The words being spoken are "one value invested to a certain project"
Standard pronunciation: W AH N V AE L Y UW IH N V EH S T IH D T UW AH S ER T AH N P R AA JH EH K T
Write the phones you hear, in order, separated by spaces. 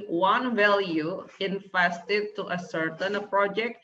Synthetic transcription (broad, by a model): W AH N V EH L Y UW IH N F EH S T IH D T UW AH S ER T AH N P R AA JH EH K T